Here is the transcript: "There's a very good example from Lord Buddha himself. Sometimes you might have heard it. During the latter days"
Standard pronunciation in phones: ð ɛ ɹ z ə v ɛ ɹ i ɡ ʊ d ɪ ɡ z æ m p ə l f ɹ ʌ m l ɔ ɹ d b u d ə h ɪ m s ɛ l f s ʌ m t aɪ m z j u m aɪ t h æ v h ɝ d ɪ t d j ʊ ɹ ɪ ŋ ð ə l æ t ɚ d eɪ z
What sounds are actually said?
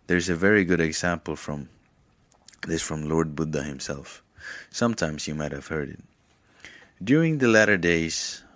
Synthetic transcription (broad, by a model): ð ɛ ɹ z ə v ɛ ɹ i ɡ ʊ d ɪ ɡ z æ m p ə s f ɹ ʌ m l ɔ ɹ d b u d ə h ɪ m s ɛ l f s ʌ m t aɪ m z j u m aɪ t h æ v h ɝ d ɪ t d j ʊ ɹ ɪ ŋ ð ə l æ t ɚ d eɪ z